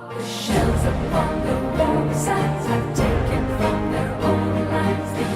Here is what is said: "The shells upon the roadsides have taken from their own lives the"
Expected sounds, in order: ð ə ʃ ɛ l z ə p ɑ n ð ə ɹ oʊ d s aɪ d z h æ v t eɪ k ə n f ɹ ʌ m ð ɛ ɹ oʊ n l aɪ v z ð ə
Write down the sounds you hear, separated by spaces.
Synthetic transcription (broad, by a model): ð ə ʃ ɛ l z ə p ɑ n ð ə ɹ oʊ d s aɪ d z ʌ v t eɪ k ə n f ɹ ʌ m ð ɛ ɹ oʊ n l aɪ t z